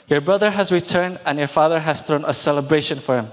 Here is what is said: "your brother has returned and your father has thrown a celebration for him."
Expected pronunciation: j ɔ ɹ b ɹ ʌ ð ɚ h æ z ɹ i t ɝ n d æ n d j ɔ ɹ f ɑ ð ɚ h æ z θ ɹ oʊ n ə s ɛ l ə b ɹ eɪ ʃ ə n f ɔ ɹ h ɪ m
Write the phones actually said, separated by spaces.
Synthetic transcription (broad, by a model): j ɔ ɹ b ɹ ʌ ð ɚ h æ z ɹ i t ɝ n d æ n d j ɔ ɹ f ɑ ð ɚ h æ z θ ɹ oʊ n ə s ɛ l ə b ɹ eɪ ʃ ə n f ɔ ɹ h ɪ m